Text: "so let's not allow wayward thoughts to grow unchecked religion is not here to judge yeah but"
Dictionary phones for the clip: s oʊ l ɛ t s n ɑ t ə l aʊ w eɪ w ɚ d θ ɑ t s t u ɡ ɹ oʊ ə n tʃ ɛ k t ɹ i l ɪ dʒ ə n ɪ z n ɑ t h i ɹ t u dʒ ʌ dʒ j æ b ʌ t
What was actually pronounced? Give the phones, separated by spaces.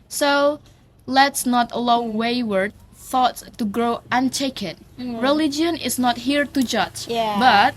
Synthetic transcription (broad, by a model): s oʊ l ɛ t s n ɑ t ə l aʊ w eɪ w ɚ d θ ɑ t s t u ɡ ɹ oʊ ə n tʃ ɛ k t ɹ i l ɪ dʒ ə n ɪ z n ɑ t h i ɹ t u dʒ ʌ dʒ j b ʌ t